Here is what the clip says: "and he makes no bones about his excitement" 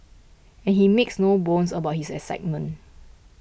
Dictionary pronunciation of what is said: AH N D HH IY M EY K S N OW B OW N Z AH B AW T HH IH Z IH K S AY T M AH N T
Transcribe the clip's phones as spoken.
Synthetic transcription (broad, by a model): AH N HH IY M EY K S N OW B OW N S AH B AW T HH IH S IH S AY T M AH N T